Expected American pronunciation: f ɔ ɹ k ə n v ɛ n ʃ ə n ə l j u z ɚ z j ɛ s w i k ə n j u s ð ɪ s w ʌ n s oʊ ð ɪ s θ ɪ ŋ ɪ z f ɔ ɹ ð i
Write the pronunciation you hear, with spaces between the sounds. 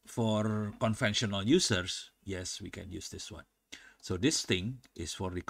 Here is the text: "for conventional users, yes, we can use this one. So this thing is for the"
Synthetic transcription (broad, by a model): f ɔ ɹ k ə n f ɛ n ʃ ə n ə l j u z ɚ s j ɛ s w i k ə n j u s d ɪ s w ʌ n s oʊ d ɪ s t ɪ ŋ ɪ s f ɔ ɹ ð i